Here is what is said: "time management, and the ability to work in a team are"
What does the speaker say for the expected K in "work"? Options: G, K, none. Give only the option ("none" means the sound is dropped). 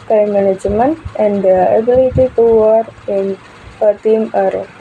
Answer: none